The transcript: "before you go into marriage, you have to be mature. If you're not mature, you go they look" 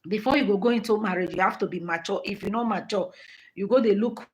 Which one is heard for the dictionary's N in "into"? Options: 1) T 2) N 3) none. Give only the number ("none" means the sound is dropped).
2